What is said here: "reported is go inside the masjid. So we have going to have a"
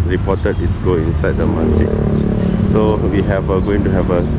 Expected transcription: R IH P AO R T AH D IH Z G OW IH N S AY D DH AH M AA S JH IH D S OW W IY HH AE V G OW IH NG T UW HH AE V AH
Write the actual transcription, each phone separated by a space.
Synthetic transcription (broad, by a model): R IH P AO T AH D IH S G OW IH N S AY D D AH M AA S IH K S OW W IY HH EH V G OW IH NG T UW HH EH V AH